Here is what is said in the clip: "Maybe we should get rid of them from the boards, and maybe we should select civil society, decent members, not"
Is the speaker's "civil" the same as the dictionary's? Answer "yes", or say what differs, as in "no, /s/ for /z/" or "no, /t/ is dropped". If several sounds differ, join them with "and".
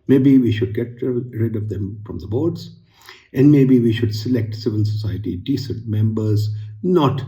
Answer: no, /n/ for /l/